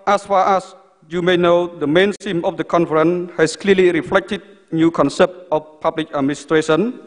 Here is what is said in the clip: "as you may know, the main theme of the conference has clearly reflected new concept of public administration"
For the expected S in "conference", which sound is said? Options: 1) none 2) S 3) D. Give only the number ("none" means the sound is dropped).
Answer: 1